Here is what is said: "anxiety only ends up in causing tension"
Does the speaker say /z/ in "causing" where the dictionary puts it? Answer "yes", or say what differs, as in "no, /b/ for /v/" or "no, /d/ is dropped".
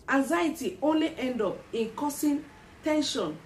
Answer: no, /s/ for /z/